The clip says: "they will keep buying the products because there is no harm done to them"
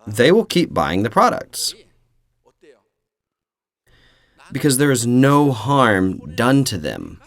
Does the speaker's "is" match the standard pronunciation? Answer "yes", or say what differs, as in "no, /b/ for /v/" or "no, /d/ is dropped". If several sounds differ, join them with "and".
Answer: yes